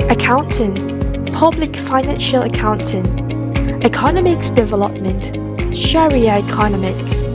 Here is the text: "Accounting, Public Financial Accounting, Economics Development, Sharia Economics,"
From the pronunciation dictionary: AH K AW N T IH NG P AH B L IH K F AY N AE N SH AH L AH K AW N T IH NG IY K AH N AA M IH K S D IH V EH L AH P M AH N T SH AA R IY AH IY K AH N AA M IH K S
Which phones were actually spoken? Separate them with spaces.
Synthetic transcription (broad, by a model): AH K AW N T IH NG P AH B L IH K F AY N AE N SH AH L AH K AW N T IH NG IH K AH N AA M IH K S D IH V EH L AH P M AH N T SH AA R IY AH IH K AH N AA M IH K S